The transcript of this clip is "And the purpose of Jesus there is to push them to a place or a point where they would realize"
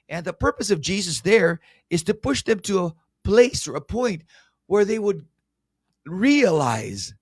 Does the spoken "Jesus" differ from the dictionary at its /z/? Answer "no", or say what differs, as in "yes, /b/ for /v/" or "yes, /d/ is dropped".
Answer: no